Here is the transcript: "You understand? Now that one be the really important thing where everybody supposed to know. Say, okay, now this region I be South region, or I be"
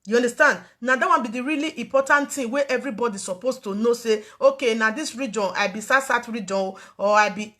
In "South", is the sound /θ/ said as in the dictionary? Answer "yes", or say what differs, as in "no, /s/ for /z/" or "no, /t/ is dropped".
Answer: no, /t/ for /θ/